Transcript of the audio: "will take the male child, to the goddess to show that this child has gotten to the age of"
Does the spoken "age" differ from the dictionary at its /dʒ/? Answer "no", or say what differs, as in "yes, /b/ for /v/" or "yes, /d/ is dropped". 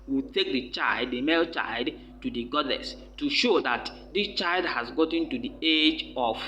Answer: no